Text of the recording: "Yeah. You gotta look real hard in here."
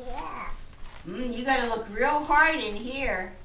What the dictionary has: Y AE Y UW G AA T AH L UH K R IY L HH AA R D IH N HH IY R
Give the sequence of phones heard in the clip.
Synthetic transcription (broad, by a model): Y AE Y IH G AA T AH L UH K R IY L HH AA R D IH N HH IY R